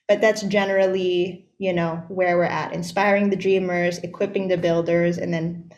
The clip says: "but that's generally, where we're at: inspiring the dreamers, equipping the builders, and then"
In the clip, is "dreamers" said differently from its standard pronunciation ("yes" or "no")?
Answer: no